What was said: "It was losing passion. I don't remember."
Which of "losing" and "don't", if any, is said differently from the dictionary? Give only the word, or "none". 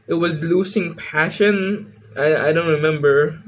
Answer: losing